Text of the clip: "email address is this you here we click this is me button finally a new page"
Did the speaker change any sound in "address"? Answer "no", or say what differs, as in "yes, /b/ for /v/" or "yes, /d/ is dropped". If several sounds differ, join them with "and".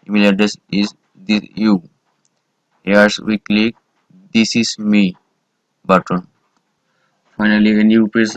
yes, /ɹ/ is dropped